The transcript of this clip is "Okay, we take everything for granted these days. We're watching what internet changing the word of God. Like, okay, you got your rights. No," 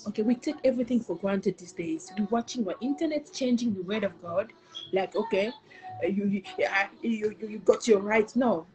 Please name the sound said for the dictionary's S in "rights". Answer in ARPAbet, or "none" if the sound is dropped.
none